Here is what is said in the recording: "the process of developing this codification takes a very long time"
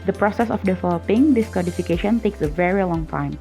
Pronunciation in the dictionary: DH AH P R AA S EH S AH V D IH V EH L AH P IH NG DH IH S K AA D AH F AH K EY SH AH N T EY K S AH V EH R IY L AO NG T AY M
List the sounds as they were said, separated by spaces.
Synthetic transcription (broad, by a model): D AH P R AA S EH S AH F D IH F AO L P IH NG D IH S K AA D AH F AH K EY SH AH N T EY K S AH V EH R IY L AO NG T AY M